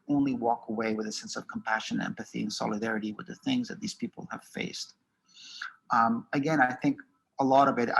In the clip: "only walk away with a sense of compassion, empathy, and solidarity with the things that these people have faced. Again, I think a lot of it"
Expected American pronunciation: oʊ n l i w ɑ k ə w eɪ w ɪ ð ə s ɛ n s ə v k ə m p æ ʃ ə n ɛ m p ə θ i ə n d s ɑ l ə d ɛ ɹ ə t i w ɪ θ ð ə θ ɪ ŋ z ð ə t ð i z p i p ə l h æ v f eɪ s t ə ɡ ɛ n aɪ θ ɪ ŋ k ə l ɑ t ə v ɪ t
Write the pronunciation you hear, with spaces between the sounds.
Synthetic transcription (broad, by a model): oʊ n l i w ɑ k ə w eɪ w ɪ ð ə s ɛ n s ə v k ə m p æ ʃ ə n ɛ m p ə θ i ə n s ɑ l ə d ɛ ɹ ə t i w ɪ ð ə θ ɪ ŋ z ð ə t ð i z p i p l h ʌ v f eɪ s t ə ɡ ɛ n aɪ θ ɪ ŋ k ə l ɑ t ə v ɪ t